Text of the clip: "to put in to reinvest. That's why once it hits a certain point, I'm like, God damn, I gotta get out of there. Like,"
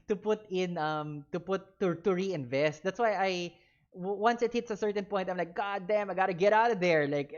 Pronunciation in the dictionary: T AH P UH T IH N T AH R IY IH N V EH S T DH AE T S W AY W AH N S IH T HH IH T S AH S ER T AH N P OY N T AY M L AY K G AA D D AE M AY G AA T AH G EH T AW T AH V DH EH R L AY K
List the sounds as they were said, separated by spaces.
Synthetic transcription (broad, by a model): T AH P UH T IH N T AH R IY IH N V EH S T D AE T S W AY W AH N S IH T HH IH T S AH S ER T AH N P OY T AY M L AY K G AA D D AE M AY G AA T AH G EH T AW T AH V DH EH R L AY K